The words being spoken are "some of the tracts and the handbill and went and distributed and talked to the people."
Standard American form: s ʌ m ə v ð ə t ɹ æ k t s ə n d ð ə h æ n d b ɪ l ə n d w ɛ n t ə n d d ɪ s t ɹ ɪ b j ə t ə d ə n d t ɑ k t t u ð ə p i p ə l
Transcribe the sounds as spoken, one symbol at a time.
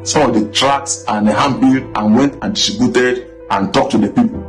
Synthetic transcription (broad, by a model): s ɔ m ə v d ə t ɹ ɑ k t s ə n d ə h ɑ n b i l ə n w ɛ n t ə n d d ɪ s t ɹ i b j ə t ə d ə n t ɑ k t t u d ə p i p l